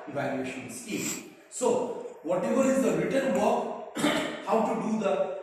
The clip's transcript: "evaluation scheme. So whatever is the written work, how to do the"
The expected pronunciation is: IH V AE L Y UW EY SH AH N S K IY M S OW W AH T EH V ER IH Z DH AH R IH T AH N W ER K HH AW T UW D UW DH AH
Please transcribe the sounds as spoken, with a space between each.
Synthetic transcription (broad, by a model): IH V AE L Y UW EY SH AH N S IY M S OW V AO T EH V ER IH Z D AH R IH T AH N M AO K HH AW T UW D UW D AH